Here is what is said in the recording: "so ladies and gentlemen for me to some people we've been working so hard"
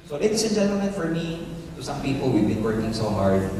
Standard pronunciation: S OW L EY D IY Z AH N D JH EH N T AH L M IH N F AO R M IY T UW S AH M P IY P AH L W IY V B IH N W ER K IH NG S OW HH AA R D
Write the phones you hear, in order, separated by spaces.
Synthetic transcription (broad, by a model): S OW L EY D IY S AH N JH EH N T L M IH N F AO R M IY T UW S AH M P IY P AH L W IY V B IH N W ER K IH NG S OW HH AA R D